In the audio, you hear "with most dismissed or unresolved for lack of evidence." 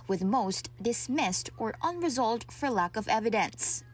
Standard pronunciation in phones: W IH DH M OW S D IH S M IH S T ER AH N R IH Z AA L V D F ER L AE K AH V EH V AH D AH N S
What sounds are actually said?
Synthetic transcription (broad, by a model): W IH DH M OW S D IH S M IH S T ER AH N R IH Z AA L V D F ER L AE K AH V EH V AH D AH N S